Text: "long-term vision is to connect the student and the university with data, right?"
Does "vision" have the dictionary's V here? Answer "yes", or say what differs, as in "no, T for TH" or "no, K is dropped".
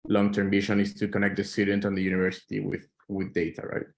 no, B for V